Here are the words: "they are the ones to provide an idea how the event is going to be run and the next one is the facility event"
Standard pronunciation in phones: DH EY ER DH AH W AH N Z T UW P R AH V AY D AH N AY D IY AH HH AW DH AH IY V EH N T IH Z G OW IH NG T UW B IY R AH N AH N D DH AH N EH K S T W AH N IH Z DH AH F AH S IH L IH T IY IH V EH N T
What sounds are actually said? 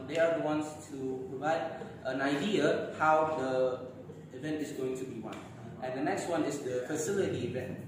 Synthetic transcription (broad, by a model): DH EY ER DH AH W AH N S T UW P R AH V AY D AH N AY D IY AH HH AW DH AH IY V EH N T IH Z G OW IH NG T UW B IY W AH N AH N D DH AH N EH K S T W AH N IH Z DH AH F AH S IH L IH T IY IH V EH N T